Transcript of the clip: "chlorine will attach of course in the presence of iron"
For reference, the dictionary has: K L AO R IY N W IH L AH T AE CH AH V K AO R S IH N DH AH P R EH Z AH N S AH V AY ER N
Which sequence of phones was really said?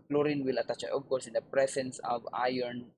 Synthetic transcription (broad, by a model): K L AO R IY N W IH L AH T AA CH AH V K AO R S IH N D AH P R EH S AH N S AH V AY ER N